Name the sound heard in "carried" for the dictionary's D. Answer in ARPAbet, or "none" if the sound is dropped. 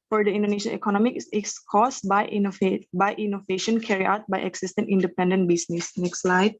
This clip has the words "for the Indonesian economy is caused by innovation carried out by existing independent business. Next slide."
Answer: none